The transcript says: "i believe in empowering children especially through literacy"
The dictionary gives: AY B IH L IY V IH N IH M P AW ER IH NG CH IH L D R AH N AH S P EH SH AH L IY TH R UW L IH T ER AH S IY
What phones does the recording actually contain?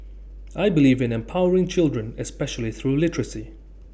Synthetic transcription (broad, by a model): AY B IH L IY V IH N IH M P AW ER IH NG CH IH L D R AH N AH S P EH SH AH L IY TH R UW L IH T ER AH S IY